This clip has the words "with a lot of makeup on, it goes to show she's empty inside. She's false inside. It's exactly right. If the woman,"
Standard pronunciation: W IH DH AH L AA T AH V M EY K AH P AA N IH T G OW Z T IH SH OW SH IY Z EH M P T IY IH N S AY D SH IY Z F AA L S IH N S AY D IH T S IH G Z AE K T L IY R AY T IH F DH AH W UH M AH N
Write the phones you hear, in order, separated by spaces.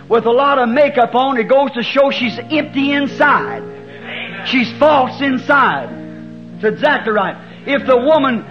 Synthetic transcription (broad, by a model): W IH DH AH L AA T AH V M EY K AH P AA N IH T G OW Z T IH SH OW SH IY Z EH M P T IY IH N S AY D SH IY Z F AA L S IH N S AY D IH T S IH G Z AE K T L IY R AY T IH F DH AH W UH M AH N